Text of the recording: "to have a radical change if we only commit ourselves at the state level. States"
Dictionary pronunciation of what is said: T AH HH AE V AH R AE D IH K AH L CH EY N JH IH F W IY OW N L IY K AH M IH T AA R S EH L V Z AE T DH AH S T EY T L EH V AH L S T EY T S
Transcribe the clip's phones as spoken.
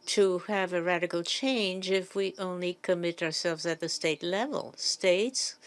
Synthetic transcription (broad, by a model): T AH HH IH V AH R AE D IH K L CH EY N JH IH F W IY OW N L IY K AH M IH T AA R S EH L V Z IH T DH AH S T EY T L EH V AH L S T EY T S